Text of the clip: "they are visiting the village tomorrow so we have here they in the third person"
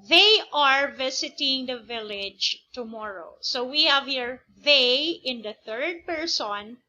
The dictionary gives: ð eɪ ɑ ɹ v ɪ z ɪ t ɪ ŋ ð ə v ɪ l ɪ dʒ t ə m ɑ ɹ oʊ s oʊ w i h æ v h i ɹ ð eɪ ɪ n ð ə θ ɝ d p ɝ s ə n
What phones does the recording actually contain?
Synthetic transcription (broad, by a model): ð eɪ ɑ ɹ v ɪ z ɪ t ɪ ŋ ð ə v ɪ l ɪ dʒ t ə m ɑ ɹ oʊ s oʊ w i h æ v h i ɹ ð eɪ ɪ n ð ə θ ɝ d p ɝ s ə n